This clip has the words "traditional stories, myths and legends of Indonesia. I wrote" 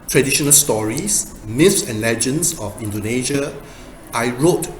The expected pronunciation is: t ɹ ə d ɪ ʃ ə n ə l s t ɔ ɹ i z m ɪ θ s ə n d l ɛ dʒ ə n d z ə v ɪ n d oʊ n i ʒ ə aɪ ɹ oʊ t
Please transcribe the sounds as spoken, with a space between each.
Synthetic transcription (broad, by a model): t ɹ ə d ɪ ʃ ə n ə l s t ɔ ɹ i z m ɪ f s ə n l ɛ dʒ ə n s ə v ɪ n d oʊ n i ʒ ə aɪ ɹ oʊ t